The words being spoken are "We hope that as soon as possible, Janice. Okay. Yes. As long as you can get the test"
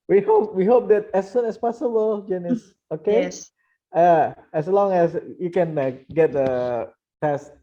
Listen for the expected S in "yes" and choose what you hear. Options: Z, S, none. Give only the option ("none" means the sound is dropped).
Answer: none